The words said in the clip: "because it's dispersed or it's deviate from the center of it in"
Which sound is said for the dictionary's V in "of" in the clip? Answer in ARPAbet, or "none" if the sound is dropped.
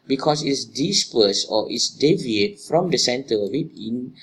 W